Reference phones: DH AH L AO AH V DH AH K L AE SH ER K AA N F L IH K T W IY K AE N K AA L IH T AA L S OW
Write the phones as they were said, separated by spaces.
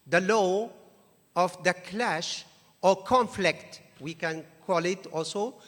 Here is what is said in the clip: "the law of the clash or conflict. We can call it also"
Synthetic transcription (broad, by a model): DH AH L AO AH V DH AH K L AE SH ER K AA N F L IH K T W IY K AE N K AA L IH T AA L S OW